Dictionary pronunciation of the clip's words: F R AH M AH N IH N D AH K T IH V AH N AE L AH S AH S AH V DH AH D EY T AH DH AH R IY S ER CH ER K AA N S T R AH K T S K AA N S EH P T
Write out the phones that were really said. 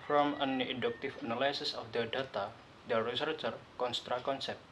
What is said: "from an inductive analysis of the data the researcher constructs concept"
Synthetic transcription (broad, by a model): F R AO M AH N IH D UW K T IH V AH N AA L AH S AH S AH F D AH D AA T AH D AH R IY S ER CH ER K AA N S T R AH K K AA N S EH P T